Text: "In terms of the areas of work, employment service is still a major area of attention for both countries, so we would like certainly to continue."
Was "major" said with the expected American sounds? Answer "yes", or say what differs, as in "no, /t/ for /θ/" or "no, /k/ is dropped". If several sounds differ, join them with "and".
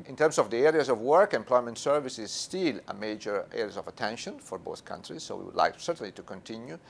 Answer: yes